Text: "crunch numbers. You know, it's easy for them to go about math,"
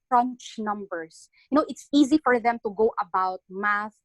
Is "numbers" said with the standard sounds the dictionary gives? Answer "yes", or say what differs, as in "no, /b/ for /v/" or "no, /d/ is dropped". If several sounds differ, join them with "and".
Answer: no, /s/ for /z/